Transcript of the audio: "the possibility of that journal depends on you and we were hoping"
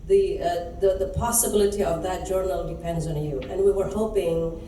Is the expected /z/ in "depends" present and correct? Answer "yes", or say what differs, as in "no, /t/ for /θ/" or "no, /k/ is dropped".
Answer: yes